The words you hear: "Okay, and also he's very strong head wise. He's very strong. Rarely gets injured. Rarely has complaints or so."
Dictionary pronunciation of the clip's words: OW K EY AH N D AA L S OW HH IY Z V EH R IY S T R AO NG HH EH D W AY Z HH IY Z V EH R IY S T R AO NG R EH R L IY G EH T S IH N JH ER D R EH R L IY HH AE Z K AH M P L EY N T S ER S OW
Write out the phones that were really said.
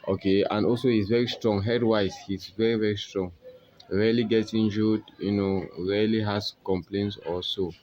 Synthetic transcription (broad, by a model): OW K EY AH N D AA L S OW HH IY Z V EH R IY S T R AO NG HH EH D W AY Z HH IY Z V EH R IY S T R AO NG R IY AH L IY G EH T IH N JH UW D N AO R L IY HH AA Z K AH M P L EY N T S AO S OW